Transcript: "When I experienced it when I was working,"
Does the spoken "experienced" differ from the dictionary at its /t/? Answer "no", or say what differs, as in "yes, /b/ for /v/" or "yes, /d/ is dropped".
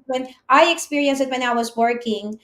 yes, /t/ is dropped